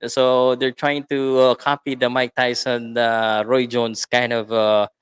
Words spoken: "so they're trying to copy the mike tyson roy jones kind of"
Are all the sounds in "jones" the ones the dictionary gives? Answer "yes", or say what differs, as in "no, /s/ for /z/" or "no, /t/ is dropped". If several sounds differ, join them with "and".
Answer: no, /s/ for /z/